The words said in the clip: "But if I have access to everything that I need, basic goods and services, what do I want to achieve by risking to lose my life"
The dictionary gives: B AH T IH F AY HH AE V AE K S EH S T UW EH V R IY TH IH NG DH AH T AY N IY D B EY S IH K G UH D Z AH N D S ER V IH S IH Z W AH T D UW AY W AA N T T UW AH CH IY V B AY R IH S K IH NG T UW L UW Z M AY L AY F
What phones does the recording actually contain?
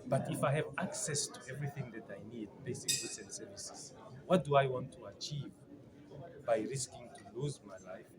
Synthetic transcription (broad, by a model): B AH T IH F AY HH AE V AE K S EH S T UW EH V R IY TH IH NG DH AH T AY N IY D B EY S IH K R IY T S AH N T S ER V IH S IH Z W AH T D UW AY W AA N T T UW AH CH IY V B AY R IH S K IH NG T UW L UW Z M AY L AY F